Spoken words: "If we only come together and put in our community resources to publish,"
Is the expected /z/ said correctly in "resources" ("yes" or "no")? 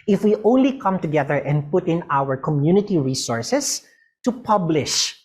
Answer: no